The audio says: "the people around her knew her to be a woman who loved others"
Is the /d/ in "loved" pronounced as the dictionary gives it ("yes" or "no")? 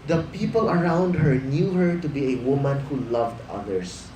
yes